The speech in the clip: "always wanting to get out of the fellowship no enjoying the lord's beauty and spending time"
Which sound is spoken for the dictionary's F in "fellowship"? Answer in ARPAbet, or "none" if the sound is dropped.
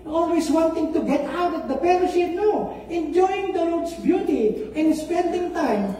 P